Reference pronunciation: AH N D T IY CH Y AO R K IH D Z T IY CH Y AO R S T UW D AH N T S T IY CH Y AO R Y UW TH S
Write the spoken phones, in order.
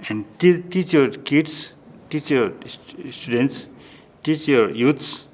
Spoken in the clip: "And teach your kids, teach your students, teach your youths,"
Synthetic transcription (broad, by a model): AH N D T IY CH Y AO R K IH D S T IY CH Y AO R S T UW D AH N T S T IY CH Y AO R Y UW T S